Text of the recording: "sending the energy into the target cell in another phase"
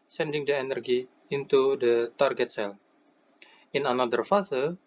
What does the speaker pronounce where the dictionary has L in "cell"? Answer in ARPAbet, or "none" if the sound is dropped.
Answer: N